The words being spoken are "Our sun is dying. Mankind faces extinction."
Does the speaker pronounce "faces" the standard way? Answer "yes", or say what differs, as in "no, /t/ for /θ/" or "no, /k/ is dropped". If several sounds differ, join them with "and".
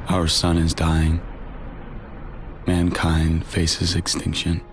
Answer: yes